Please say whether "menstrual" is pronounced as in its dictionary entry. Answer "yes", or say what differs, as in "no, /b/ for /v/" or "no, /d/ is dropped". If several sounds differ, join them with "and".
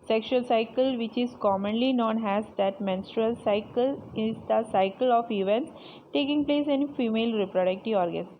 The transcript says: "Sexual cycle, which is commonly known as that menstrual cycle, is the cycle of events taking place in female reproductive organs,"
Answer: yes